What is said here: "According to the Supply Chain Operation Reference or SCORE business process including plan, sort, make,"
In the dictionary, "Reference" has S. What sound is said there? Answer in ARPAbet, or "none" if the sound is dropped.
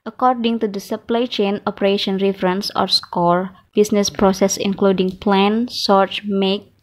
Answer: S